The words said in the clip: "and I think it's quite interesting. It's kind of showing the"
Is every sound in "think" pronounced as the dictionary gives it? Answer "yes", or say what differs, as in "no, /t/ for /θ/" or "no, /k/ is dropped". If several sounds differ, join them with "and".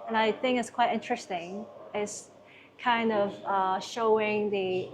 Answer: yes